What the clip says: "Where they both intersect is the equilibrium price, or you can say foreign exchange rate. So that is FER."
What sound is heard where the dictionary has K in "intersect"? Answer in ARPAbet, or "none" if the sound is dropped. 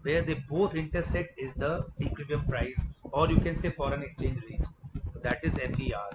none